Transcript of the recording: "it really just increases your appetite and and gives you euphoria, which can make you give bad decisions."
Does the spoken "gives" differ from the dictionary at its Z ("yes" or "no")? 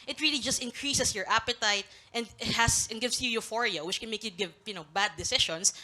yes